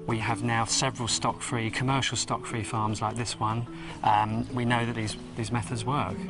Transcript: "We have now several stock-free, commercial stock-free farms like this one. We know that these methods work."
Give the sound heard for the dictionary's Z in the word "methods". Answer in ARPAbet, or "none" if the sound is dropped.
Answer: Z